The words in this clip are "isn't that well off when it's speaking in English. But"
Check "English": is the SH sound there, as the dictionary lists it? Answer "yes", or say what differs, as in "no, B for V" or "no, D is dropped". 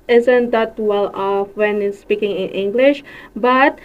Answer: yes